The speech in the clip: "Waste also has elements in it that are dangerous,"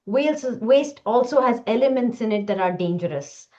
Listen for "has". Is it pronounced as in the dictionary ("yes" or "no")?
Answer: yes